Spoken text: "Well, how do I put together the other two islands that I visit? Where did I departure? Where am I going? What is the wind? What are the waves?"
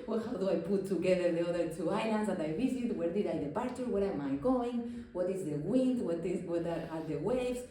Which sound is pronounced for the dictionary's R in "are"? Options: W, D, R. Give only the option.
W